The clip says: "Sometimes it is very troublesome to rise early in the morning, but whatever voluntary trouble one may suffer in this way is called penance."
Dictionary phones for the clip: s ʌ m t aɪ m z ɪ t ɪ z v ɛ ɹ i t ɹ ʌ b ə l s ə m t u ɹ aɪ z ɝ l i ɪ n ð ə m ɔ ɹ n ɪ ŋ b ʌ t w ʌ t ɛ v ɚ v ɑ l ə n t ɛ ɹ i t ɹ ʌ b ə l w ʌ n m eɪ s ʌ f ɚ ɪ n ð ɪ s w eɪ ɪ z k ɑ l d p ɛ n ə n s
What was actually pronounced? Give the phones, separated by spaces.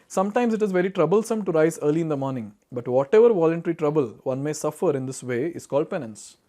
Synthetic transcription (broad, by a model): s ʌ m t aɪ m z ɪ t ɪ z v ɛ ɹ i t ɹ ʌ b ə l s ə m t u ɹ aɪ z ɝ l i ɪ n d ə m ɔ ɹ n ɪ ŋ b ʌ t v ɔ t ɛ v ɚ v ɑ l ə n t ɛ ɹ i t ɹ ʌ b ə l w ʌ n m eɪ s ʌ f ɚ ɪ n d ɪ s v eɪ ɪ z k ɑ l d p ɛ n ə n s